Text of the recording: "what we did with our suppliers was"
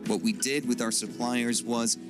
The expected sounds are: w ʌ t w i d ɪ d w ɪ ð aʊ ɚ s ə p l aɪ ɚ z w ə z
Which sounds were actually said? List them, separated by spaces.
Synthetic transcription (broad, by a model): w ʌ t w i d ɪ d w ɪ ð aʊ ɚ s ə p l aɪ ɚ z w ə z